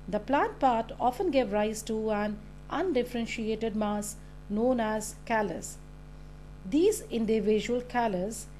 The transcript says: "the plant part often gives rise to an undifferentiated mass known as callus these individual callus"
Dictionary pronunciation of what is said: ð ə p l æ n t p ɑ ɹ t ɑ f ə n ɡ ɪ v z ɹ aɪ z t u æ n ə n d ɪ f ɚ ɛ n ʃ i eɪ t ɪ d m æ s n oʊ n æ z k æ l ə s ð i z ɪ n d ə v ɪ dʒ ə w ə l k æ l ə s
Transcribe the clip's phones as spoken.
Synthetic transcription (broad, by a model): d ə p l æ n t p ɑ ɹ t ɑ f ə n ɡ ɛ v ɹ aɪ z t u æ n ə n d ɪ f ɚ ɛ n ʃ i eɪ t ɪ d m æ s n oʊ n æ z k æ l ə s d i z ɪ n d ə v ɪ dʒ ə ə l k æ l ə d